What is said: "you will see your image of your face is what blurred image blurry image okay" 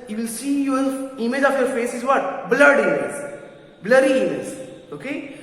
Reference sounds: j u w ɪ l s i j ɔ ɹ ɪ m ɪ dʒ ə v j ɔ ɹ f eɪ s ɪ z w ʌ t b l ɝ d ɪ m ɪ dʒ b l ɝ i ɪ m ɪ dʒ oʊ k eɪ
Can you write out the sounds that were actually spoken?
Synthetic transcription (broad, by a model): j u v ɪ l s i j ɔ ɹ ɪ m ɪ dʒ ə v j ɔ ɹ f eɪ s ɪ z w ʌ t b l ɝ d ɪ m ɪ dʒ b l ɝ i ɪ m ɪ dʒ oʊ k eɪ